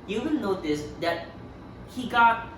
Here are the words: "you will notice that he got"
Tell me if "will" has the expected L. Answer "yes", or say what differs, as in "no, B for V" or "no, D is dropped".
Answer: no, N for L